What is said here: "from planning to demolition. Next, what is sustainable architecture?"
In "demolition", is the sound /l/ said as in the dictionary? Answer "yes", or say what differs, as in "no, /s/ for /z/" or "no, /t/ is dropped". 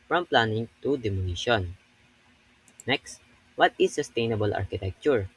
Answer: no, /n/ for /l/